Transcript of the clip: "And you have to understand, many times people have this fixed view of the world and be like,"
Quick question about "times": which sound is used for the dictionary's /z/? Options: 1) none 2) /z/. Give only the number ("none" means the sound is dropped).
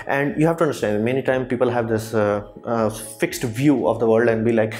1